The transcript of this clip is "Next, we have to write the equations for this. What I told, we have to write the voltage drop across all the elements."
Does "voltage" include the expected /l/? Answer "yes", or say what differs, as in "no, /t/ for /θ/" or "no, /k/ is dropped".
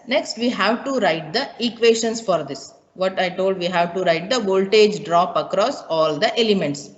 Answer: yes